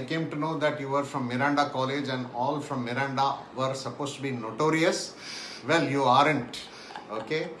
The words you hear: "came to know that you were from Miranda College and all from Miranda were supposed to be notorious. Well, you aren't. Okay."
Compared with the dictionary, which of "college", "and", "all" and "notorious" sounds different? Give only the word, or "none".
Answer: none